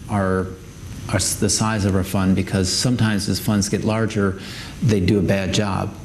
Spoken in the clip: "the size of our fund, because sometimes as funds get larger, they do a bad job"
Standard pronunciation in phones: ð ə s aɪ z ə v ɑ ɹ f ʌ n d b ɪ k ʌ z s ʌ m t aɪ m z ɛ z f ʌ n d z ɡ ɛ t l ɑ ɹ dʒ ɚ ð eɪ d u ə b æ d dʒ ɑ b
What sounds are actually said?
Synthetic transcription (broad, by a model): ð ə s aɪ z ə v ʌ ɹ f ʌ n b ɪ k ʌ z s ʌ m t aɪ m z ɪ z f ʌ n d z ɡ ɛ t l ɑ ɹ dʒ ɚ ð eɪ d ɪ ə b æ d dʒ ɑ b